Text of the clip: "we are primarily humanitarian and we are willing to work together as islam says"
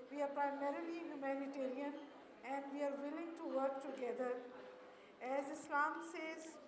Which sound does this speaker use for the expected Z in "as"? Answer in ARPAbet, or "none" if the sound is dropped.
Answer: Z